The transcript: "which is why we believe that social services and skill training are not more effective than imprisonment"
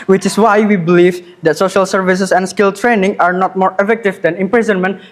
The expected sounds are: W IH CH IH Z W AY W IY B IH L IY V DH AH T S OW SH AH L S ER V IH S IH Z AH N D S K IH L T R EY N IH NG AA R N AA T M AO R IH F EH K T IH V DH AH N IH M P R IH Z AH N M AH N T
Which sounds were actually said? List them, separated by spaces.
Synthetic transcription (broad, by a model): W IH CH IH S W AY W IY B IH L IY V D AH T S OW SH AH L S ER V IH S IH S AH N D S K IH L T R EY N IH NG AA R N AA T M AO R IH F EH K T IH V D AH N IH M P R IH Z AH N M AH N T